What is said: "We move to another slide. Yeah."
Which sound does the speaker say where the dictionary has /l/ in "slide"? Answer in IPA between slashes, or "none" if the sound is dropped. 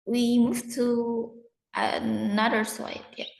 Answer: none